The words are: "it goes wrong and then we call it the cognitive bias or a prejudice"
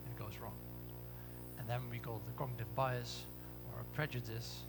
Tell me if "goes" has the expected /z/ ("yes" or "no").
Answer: yes